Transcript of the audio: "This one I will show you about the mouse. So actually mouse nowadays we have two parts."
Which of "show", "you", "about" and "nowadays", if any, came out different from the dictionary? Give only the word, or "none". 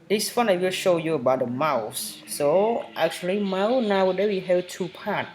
nowadays